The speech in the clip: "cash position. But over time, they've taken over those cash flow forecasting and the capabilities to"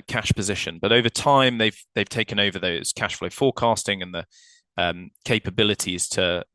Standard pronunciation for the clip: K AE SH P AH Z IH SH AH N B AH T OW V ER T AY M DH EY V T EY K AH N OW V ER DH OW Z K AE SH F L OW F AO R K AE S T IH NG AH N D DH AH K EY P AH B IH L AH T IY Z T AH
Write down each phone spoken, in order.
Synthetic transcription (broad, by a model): K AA SH P AH Z IH SH AH N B AH T OW V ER T AY M DH EY V T EY K AH N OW V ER DH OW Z K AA SH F L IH F AO K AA S T IH NG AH N DH AH K EY P AH B IH L AH T IY Z T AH